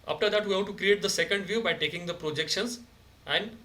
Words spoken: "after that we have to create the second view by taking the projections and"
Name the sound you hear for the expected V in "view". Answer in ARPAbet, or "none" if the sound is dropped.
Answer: V